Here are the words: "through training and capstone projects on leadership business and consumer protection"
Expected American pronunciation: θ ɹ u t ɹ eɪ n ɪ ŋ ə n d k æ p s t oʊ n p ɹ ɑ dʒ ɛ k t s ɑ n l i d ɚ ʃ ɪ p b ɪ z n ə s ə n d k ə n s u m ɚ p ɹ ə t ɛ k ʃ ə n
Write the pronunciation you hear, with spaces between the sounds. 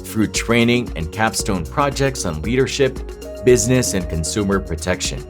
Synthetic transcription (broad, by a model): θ ɹ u t ɹ eɪ n ɪ ŋ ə n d k æ p s t oʊ n p ɹ ɑ dʒ ɛ k t s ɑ n l i d ɚ ʃ ɪ p b ɪ z n ə s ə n k ə n s u m ɚ p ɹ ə t ɛ k ʃ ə n